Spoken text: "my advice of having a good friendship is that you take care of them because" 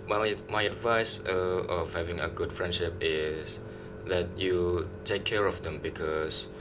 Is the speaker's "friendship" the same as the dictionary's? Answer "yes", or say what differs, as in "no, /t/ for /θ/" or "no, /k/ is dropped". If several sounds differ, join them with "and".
yes